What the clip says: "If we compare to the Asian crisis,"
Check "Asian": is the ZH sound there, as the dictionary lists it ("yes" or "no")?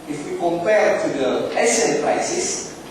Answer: no